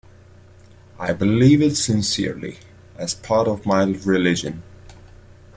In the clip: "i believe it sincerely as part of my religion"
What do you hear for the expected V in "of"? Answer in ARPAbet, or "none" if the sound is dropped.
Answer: V